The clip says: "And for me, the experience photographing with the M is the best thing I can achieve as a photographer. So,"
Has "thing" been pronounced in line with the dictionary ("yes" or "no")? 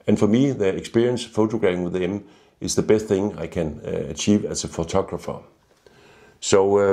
yes